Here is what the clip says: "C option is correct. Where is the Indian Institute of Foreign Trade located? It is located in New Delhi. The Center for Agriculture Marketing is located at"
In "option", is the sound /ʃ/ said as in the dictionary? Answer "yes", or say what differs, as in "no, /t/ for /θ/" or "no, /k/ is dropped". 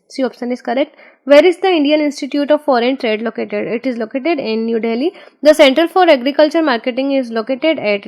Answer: no, /s/ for /ʃ/